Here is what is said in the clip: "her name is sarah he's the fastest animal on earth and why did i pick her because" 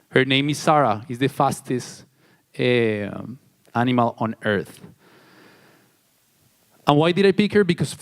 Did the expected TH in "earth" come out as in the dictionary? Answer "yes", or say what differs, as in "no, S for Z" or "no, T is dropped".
yes